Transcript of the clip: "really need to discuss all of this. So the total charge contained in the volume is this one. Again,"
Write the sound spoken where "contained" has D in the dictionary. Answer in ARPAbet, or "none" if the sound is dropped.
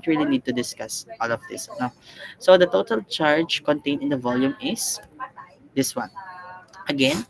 none